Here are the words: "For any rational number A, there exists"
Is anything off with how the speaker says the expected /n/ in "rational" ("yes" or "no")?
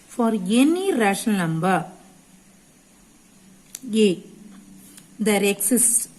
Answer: yes